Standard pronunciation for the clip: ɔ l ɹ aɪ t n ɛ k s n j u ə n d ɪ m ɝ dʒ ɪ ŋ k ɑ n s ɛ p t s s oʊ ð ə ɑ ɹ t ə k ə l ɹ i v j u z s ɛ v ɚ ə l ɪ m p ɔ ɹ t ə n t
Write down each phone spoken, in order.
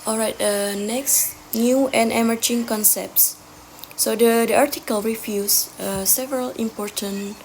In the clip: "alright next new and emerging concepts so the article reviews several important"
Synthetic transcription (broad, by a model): ɔ l ɹ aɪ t n ɛ k s n j u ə n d ɪ m ɝ dʒ ɪ ŋ k ɑ n s ɛ p t s s oʊ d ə ɑ ɹ t ə k ə l ɹ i f j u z s ɛ v ɚ ə l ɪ m p ɔ ɹ t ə n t